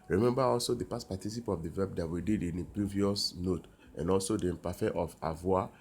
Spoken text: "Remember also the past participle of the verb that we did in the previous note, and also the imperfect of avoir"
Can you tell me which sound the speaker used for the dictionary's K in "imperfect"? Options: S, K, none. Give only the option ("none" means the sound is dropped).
none